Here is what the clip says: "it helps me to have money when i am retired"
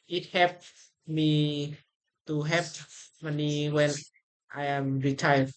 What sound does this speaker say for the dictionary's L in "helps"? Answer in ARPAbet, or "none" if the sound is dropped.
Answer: none